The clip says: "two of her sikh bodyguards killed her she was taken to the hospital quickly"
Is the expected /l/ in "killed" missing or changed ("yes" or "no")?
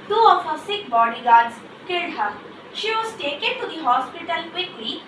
yes